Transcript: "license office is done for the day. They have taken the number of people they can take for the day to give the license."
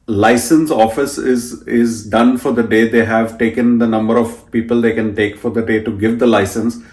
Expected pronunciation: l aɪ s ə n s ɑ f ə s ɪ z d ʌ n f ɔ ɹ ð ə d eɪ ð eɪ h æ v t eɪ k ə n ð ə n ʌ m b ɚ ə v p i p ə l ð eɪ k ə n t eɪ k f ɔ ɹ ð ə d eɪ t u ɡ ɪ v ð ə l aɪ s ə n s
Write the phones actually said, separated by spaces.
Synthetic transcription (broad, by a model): l aɪ s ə n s ɑ f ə s ɪ z d ʌ n f ɔ ɹ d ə d eɪ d eɪ h æ v t eɪ k ə n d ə n ʌ m b ɚ ə v p i p ə l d eɪ k ə n t eɪ k f ɔ ɹ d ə d eɪ t u ɡ ɪ v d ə l aɪ s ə n s